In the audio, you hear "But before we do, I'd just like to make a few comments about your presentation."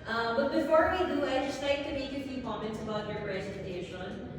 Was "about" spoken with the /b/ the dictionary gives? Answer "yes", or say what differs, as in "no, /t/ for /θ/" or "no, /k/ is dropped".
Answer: yes